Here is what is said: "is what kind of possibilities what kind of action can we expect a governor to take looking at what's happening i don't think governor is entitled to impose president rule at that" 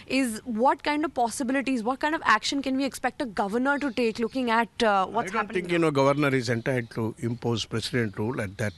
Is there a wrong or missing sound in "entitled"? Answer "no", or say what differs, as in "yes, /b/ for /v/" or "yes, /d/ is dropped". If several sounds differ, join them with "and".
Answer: yes, /l/ is dropped